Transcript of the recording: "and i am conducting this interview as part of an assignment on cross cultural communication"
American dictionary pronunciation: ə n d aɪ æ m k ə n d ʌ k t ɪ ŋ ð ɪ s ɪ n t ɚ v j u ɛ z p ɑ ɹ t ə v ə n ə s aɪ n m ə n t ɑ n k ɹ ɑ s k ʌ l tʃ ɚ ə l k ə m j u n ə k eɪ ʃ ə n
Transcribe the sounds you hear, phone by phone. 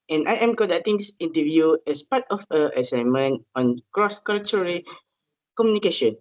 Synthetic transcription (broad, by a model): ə n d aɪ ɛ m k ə d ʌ t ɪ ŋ s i n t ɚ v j u ɛ s p ɑ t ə f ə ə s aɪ m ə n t ɑ n k ɹ ɑ s k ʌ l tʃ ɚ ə k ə m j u n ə k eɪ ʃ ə n